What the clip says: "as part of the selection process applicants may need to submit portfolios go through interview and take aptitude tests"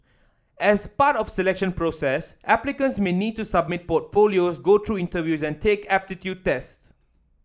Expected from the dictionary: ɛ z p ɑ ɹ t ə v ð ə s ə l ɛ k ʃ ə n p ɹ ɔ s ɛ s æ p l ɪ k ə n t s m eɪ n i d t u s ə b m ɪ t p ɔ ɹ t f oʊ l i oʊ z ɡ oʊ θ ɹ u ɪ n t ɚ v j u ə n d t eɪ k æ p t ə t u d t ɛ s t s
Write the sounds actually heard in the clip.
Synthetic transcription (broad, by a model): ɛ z p ɑ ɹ t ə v s ə l ɛ k ʃ ə n p ɹ ɔ s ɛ s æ p l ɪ k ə n s m eɪ n i d t u s ə b m ɪ t p ɔ t f oʊ l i oʊ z ɡ oʊ t ɹ u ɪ n t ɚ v j u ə n t eɪ k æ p t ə t u d t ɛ s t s